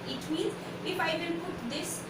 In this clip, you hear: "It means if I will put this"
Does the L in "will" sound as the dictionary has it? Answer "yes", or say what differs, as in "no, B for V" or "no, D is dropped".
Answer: no, N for L